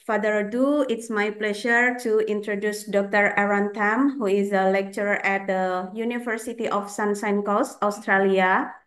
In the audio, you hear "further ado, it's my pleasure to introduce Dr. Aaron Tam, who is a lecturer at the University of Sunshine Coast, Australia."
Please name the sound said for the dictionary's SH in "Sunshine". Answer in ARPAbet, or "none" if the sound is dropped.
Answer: S